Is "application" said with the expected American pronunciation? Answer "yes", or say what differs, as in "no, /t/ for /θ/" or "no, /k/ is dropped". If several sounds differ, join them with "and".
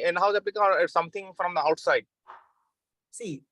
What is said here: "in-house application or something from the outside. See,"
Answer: no, /l/ is dropped and /ʃ/ is dropped